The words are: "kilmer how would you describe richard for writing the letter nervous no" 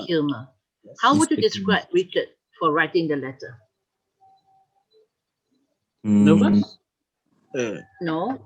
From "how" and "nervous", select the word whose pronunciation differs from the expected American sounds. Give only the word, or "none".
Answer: nervous